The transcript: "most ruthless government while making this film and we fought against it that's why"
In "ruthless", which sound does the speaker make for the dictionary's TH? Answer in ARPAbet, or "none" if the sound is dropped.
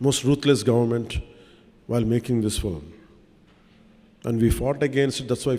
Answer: T